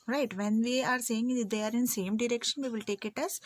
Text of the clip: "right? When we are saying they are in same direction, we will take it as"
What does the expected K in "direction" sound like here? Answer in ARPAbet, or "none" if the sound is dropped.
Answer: K